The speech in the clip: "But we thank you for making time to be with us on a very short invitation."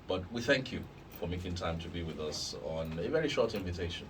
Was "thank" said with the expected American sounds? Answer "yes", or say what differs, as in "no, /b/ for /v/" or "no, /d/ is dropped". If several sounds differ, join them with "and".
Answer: yes